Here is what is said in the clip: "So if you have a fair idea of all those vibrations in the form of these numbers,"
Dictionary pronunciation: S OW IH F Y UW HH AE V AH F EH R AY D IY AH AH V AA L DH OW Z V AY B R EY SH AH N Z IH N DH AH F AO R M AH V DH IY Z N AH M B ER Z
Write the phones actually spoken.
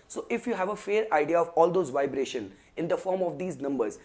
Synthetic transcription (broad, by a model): S OW IH F Y UW HH AE V AH F EH R AY D IY AH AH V AA L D OW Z V AY B R EY SH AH N IH N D AH F AO R M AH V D IY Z N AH M B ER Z